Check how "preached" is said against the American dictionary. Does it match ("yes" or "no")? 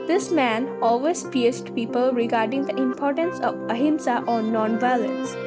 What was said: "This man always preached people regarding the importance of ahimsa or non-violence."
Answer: no